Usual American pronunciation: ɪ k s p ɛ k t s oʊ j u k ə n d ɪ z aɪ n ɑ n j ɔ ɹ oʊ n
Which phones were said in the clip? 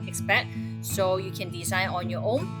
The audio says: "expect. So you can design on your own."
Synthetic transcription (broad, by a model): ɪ k s p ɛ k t s oʊ j u k ə n d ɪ s aɪ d ɑ n j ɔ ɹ oʊ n